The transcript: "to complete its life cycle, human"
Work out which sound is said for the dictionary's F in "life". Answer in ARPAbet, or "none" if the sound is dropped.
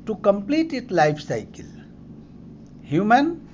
P